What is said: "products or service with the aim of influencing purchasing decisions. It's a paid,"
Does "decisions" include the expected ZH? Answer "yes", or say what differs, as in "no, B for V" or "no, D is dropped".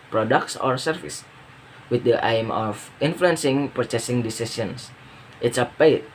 no, S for ZH